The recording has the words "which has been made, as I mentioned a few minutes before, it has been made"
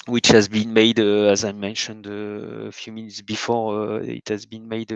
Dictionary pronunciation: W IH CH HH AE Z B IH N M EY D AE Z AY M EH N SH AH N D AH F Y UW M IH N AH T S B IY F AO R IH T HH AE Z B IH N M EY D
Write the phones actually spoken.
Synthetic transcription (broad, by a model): W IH CH HH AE Z B IH N M EY D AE Z AY M EH N SH AH N D AH F Y UW M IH N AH T S B IY F AO R IH T HH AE Z B IH N M EY D